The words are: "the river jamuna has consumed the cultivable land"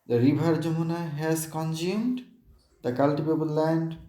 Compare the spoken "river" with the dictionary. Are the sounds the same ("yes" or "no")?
no